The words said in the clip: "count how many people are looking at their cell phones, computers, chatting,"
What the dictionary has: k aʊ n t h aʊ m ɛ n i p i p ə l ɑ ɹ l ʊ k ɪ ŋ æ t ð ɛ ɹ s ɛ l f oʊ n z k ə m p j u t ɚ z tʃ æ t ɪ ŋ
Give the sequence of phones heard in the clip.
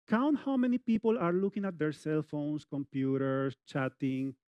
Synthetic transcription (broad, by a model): k aʊ n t h aʊ m ɛ n i p i p ə l ɑ ɹ l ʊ k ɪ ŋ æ t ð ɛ ɹ s ɛ l f oʊ n s k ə m p j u t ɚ s tʃ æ t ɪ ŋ